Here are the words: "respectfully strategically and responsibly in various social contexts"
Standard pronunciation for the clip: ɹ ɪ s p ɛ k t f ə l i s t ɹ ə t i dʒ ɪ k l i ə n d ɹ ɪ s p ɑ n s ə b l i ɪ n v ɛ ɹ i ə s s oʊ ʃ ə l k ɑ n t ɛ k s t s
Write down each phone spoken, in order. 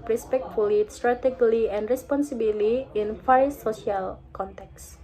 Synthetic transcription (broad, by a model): ɹ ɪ s p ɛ k t f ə l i s t ɹ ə t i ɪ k l i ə n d ɹ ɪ s p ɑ n s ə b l i ɪ n f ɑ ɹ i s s oʊ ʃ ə l k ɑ n t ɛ k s s